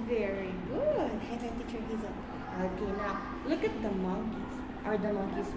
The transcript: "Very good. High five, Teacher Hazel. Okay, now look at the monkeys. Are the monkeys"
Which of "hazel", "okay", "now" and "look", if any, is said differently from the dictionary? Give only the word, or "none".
hazel